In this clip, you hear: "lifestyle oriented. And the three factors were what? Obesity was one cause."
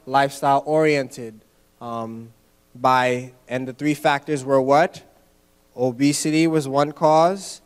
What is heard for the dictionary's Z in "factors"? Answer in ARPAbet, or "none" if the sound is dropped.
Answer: Z